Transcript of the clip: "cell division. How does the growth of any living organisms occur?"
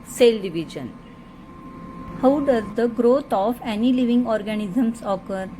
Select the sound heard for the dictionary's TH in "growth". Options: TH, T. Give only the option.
T